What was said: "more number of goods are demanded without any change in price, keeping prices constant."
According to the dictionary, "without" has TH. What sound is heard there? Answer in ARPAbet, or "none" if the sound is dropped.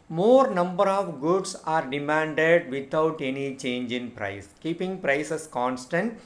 T